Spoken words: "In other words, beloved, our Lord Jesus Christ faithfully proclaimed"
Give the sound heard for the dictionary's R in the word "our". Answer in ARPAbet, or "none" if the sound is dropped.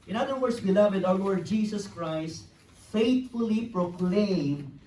W